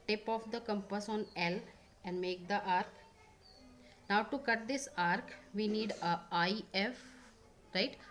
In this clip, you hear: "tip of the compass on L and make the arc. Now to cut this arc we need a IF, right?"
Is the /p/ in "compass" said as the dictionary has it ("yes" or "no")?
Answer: yes